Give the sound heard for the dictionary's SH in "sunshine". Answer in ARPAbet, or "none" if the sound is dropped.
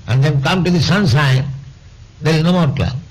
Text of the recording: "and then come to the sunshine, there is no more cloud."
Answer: S